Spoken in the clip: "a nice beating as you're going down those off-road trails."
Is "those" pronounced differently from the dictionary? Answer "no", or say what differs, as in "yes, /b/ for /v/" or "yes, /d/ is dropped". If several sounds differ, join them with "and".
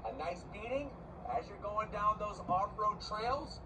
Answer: no